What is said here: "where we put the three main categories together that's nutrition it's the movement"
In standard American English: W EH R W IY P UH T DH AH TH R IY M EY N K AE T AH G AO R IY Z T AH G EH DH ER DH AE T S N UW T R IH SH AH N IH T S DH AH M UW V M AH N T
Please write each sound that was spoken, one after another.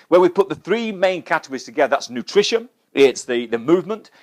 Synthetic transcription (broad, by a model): W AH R W IY P UH T DH AH TH R IY M EY N K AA T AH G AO R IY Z T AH G EH DH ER DH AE T S N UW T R IH SH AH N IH T S DH AH M UW V M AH N T